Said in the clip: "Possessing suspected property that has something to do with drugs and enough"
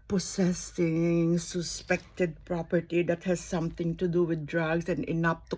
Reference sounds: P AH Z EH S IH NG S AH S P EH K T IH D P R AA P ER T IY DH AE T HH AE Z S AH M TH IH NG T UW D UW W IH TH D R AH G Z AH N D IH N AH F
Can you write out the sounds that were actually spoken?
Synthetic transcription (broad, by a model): P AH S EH S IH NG S AH S P EH K T IH D P R AA P ER T IY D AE T HH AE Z S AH M T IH NG T UW D UW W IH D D R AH G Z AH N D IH N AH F